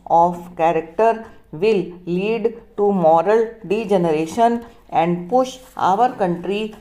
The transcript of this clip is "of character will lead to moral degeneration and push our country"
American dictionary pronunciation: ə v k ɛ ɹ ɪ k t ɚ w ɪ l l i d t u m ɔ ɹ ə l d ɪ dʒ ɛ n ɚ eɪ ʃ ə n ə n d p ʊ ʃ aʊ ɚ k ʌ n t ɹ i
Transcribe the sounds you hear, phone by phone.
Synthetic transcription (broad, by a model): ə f k ɛ ɹ ɪ k t ɚ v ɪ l l i d t u m ɔ ɹ ə l d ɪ dʒ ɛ n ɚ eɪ ʃ ə n ə n d p ʊ ʃ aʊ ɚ k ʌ n t ɹ i